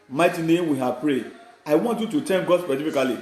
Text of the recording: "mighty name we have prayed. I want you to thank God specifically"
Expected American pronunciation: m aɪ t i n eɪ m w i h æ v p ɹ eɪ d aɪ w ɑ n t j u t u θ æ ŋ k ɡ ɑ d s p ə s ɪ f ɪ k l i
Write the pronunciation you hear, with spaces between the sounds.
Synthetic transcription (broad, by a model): m aɪ t i n eɪ m w i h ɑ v p ɹ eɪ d aɪ w ɑ n t j u t u t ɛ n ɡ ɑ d s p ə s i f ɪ k l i